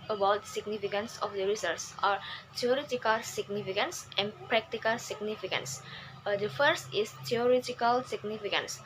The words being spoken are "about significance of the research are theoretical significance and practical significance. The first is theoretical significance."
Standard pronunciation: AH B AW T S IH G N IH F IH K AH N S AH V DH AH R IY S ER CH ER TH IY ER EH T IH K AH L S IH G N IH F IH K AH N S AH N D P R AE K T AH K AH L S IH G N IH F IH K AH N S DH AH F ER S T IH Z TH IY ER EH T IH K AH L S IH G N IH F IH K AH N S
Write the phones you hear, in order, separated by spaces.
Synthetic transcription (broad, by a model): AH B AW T S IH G N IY F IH K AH N S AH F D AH R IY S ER S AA T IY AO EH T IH K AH L S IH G N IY F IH K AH N S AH N P R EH K T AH K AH L S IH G N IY F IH K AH N S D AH F ER S T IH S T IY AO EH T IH K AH L S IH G N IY F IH K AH N S